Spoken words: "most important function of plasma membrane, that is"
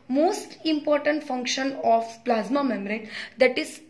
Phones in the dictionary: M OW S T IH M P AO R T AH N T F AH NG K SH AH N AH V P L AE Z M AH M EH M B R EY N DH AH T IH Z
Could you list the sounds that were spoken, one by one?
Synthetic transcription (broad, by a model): M OW S T IH M P AO R T AH N T F AH NG K SH AH N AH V P L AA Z M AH M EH M R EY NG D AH T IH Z